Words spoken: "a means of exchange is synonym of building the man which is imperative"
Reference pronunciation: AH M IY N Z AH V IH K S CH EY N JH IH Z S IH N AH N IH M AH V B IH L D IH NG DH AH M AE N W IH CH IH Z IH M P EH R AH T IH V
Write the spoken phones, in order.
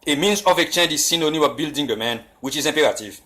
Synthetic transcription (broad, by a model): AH M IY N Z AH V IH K CH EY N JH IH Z S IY N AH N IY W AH B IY L D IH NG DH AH M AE N W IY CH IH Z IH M P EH R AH T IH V